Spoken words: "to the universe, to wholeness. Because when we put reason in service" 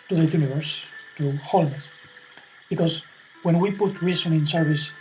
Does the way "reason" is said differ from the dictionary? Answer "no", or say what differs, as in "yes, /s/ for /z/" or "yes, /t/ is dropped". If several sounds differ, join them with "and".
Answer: yes, /s/ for /z/